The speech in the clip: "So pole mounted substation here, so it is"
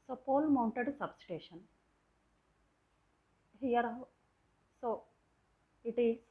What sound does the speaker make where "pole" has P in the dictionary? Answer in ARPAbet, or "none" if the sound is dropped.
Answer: P